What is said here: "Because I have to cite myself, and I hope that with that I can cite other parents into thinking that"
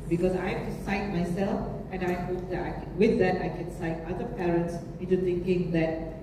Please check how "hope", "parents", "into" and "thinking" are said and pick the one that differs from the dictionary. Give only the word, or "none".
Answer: thinking